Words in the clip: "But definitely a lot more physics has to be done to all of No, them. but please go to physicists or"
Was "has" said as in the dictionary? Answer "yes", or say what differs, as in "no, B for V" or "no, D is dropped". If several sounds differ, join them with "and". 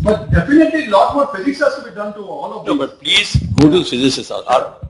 no, S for Z